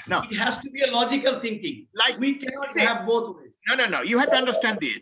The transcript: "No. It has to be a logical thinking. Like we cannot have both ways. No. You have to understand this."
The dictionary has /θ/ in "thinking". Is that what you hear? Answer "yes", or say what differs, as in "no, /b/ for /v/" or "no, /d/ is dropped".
no, /t/ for /θ/